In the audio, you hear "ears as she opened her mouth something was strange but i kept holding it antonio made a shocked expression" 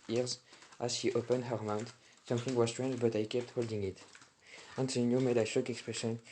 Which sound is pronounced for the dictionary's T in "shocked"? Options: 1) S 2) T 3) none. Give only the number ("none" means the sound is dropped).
3